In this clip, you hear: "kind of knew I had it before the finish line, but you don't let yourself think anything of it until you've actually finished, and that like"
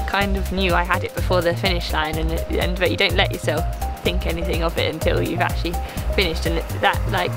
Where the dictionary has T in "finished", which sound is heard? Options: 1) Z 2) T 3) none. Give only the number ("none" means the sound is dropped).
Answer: 2